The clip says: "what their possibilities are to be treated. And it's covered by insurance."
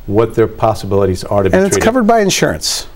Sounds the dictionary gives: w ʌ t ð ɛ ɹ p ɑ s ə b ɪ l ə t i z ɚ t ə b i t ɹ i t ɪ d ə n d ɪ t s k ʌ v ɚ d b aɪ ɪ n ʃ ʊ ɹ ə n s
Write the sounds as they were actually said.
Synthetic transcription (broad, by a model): w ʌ t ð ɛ ɹ p ɑ s ə b ɪ l ə t i z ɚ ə ɹ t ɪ ə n ɪ t s k ʌ v ɚ d b aɪ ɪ n ʃ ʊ ɹ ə n s